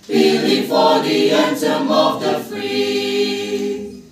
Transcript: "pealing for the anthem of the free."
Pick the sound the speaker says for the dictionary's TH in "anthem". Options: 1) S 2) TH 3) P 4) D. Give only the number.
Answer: 1